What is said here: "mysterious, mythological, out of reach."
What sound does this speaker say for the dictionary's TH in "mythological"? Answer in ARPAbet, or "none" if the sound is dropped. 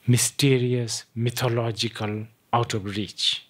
T